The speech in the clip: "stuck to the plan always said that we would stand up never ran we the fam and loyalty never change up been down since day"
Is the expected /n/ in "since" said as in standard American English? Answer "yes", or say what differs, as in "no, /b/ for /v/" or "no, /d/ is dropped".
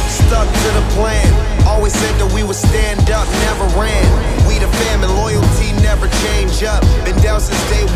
no, /n/ is dropped